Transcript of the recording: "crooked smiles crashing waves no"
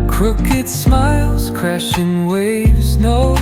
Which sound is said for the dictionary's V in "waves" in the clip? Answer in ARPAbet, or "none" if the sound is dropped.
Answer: V